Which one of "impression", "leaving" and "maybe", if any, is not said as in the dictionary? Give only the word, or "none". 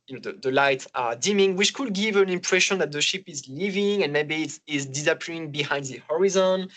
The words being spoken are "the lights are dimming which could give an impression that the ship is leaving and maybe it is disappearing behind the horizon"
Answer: none